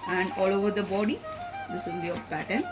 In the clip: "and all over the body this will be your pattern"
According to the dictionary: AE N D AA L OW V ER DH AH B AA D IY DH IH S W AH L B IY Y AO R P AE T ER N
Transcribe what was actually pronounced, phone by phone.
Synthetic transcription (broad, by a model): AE N D AA L OW V ER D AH B AA D IY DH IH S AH N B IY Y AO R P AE T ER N